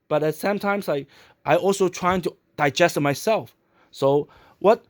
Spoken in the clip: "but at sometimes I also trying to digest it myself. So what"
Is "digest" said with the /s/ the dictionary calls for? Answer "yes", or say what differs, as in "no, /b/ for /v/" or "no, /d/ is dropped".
yes